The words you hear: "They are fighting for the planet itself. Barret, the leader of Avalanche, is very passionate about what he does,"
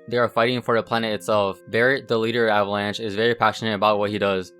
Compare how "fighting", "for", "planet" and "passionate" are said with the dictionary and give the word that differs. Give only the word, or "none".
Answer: none